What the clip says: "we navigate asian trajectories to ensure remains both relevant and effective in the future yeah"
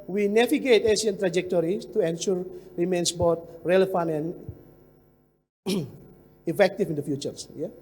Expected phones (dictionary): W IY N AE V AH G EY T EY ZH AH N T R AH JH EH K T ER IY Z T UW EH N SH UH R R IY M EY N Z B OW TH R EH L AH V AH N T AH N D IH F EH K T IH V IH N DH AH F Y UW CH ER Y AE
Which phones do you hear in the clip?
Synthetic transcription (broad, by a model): W IY N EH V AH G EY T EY S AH N T R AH JH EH K T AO IY S T UW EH N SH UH R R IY M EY N S B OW T R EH L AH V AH N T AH N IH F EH K T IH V IH N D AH F Y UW CH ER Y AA